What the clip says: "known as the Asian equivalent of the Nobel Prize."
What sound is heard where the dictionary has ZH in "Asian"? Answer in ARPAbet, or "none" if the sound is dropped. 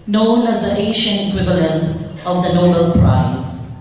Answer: SH